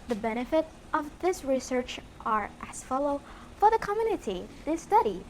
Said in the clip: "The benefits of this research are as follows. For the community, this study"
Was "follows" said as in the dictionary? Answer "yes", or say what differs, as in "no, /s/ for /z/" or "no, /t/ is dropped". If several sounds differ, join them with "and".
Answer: no, /z/ is dropped